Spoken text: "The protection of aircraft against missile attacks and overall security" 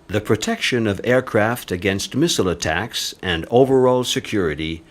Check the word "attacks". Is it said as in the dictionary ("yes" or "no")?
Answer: yes